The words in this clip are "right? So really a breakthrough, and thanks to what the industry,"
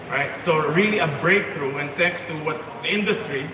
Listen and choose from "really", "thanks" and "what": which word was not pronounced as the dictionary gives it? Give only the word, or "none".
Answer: thanks